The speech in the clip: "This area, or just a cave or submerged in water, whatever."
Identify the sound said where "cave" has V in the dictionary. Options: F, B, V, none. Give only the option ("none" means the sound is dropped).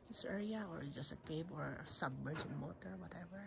B